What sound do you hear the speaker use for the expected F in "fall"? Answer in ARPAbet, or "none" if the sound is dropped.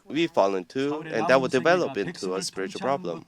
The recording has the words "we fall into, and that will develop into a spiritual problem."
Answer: F